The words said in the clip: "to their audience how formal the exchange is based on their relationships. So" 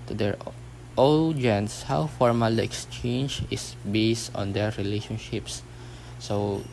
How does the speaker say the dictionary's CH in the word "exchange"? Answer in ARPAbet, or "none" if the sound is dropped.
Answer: CH